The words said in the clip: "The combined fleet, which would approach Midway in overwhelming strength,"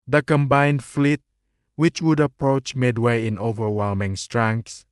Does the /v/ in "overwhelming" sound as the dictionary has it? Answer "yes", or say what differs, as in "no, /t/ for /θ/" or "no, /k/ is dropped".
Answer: yes